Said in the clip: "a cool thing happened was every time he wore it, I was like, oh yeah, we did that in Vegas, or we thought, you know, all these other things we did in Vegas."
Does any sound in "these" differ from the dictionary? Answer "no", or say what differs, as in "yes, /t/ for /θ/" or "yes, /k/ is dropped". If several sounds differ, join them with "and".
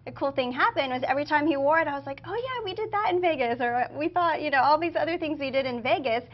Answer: no